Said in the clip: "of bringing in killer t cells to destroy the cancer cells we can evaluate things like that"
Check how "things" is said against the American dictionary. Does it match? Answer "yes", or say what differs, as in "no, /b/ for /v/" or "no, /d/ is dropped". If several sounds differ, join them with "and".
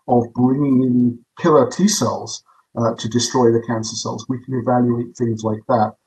yes